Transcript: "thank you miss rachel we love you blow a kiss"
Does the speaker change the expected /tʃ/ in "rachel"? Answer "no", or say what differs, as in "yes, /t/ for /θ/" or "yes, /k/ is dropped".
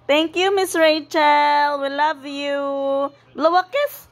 no